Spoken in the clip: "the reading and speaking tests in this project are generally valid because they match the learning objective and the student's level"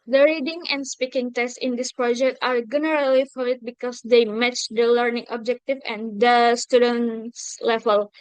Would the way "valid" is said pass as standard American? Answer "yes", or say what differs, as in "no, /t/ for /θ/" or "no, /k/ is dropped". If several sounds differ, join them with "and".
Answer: no, /f/ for /v/